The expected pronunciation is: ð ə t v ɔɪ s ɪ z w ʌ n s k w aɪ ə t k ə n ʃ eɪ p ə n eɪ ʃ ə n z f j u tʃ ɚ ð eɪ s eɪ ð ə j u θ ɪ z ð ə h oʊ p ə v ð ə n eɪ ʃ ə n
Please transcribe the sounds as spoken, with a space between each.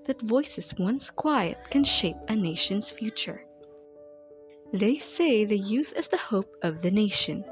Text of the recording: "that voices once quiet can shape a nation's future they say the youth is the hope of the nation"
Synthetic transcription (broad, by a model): ð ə t v ɔɪ s ɪ z w ʌ n s k w aɪ ə t k ə n ʃ eɪ p ə n eɪ ʃ ə n z f j u tʃ ɚ ð eɪ s eɪ ð ə j u θ ɪ z ð ə h oʊ p ə v ð ə n eɪ ʃ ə n